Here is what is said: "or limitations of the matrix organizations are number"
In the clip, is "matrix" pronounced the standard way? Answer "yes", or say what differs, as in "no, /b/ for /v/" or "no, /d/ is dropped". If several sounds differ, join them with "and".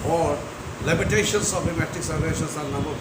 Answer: no, /ɹ/ is dropped